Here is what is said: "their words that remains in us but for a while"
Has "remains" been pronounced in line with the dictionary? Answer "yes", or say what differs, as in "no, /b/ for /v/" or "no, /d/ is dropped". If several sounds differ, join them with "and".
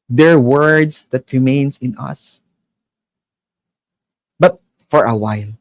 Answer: no, /s/ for /z/